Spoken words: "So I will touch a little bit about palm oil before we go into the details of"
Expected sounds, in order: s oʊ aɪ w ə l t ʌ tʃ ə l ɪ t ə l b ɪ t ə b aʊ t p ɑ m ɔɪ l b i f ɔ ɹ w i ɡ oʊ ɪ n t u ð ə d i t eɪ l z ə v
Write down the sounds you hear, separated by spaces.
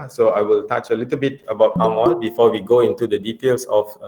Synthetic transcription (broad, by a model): s oʊ aɪ w ə l t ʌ tʃ ə l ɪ t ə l b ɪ t ə b aʊ t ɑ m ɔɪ n b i f ɔ w i ɡ oʊ ɪ n t u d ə d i t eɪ l s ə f